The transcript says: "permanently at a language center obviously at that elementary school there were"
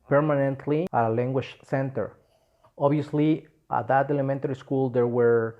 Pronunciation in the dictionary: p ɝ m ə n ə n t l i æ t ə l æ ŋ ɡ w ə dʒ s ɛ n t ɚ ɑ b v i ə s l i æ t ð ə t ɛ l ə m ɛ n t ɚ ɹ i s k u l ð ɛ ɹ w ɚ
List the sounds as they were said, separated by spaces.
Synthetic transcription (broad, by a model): p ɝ m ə n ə n t l i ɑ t ə l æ ŋ ɡ w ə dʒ s ɛ n t ɚ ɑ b i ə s l i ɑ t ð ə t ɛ l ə m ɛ n t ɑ ɹ i s k u l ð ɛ ɹ w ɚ